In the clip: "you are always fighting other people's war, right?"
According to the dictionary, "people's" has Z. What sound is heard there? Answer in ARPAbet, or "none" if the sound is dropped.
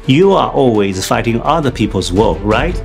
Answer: Z